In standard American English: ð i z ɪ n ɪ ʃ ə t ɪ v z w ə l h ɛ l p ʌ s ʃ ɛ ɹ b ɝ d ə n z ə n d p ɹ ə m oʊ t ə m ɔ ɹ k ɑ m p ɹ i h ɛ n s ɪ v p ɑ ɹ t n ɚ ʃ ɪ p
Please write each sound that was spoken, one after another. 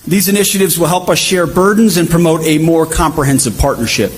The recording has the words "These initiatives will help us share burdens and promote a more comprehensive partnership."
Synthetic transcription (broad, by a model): ð i z ɪ n ɪ ʃ ə t ɪ v z w ə l h ɛ l p ʌ s ʃ ɛ ɹ b ɝ d n z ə n p ɹ ə m oʊ t ə m ɔ ɹ k ɑ m p ɹ i h ɛ n s ɪ v p ɑ ɹ t n ɚ ʃ ɪ p